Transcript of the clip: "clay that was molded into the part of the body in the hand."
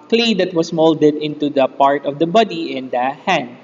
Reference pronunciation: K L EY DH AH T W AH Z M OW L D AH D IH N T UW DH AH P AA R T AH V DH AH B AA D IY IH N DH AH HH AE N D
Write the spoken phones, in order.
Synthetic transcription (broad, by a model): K L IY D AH T W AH S M OW L D AH D IH N T UW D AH P AA R T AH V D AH B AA D IY IH N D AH HH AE N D